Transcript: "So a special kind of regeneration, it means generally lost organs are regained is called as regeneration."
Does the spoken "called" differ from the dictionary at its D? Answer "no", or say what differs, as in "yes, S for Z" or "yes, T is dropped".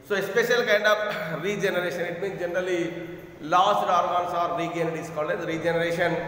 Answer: yes, D is dropped